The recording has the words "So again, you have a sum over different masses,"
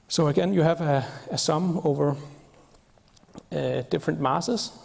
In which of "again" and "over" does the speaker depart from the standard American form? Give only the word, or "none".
none